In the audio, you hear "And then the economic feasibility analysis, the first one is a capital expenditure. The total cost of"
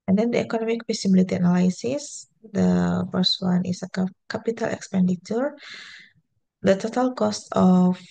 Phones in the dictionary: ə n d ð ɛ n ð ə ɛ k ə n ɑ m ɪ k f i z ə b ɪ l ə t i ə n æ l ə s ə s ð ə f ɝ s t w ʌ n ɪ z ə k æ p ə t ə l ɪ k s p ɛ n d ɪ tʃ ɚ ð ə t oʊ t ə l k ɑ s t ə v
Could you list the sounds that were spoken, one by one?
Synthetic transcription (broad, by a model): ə n d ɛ n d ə ɛ k ə n ɑ m ɪ k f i s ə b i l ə t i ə n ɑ l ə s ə s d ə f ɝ s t w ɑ n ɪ s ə k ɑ p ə t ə l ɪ k s p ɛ n d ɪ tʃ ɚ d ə t oʊ t ə l k ɑ s t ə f